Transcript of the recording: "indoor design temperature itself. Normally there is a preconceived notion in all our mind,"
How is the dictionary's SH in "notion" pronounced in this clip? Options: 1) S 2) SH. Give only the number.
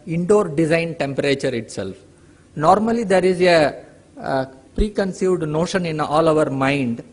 2